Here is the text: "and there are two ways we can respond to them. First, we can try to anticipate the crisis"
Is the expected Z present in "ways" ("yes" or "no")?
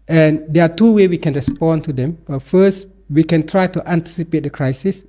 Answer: no